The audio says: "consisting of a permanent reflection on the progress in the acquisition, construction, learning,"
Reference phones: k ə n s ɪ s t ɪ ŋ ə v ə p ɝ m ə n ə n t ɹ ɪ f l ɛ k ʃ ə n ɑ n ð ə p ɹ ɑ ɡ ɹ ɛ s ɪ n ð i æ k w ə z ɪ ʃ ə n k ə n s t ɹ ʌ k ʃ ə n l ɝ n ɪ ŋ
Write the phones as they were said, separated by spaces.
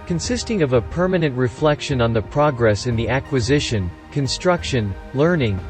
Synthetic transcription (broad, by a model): k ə n s ɪ s t ɪ ŋ ə v ə p ɝ m ə n ə n t ɹ ɪ f l ɛ k ʃ ə n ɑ n ð ə p ɹ ɑ ɡ ɹ ɛ s ɪ n ð i æ k w ə z ɪ ʃ ə n k ə n s t ɹ ʌ k ʃ ə n l ɝ n ɪ ŋ